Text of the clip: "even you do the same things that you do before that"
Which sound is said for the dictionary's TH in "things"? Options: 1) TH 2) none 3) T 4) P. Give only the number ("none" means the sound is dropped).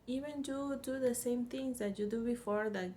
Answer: 3